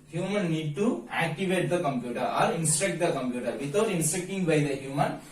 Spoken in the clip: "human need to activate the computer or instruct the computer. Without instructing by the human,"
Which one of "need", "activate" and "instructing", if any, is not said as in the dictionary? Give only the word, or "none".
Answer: instructing